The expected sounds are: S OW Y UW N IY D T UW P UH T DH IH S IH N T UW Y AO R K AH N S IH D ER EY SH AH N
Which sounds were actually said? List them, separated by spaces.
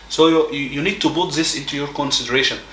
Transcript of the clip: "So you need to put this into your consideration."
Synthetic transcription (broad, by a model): S OW Y UW N IY D T UW B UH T DH IH S IH N T UW Y AO R K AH N S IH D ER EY SH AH N